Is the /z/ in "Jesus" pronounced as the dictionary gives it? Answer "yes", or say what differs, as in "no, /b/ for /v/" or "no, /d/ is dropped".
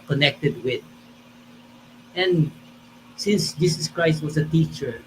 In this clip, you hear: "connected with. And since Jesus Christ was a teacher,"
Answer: no, /s/ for /z/